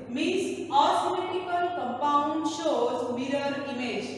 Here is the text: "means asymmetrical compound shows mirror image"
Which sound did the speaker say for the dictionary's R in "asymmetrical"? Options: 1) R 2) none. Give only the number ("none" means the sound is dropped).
2